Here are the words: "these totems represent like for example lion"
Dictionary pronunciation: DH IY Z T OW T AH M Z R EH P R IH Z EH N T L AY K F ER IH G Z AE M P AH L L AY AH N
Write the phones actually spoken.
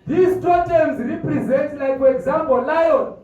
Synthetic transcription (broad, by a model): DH IY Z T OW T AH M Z R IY P R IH Z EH N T L AY K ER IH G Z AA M B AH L L AY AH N